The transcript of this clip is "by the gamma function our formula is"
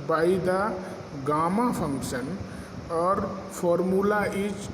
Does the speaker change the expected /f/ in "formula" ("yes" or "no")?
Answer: yes